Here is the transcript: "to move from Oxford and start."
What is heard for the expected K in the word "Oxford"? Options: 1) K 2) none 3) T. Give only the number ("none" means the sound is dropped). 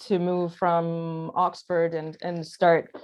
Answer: 1